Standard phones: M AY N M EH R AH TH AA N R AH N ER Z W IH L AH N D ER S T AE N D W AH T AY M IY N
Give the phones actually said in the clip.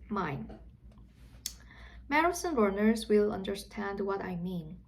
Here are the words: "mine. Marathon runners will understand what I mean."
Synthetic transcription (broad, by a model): M AY N M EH R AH S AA N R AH N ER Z W IH L AH N D ER S T AE N D W AH T AY M IY N